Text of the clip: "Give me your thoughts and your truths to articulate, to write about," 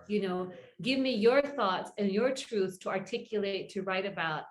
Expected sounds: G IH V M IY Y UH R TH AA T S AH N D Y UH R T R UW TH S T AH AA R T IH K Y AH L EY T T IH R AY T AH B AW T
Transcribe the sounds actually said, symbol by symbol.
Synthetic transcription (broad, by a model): G IH V M IY Y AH R TH AA T S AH N Y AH R T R UW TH T AH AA R T IH K Y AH L EY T T IH R AY T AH B AW T